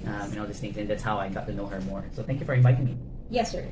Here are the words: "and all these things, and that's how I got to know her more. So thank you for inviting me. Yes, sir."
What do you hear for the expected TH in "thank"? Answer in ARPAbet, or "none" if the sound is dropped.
TH